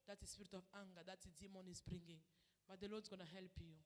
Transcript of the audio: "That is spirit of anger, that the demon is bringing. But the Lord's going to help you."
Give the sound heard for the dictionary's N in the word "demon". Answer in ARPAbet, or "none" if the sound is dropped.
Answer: N